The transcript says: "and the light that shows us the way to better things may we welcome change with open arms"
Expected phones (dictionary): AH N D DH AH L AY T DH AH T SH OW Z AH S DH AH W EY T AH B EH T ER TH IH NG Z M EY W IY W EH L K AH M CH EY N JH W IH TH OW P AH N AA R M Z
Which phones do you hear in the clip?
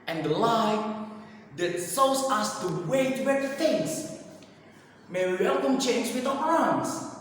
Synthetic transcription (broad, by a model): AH N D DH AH L AY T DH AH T S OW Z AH S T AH W EY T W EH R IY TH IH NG S M EY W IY W EH L K AH M CH EY N JH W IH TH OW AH AA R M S